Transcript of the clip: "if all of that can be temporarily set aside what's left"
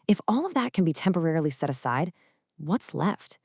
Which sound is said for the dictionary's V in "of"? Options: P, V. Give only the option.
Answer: V